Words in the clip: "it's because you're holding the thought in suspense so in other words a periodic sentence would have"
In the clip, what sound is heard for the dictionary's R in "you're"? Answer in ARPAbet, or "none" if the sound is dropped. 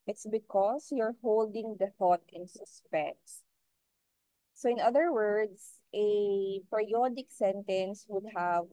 R